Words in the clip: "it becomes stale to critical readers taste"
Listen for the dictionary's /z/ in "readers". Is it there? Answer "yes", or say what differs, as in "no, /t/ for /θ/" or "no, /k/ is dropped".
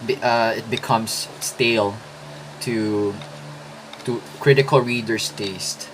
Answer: no, /s/ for /z/